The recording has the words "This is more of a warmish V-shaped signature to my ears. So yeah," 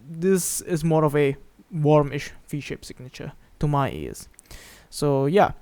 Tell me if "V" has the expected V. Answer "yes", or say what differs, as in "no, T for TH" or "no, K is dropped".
no, F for V